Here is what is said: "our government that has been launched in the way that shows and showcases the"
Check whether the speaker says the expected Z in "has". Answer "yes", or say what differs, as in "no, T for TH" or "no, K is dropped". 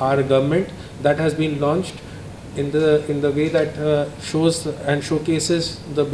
yes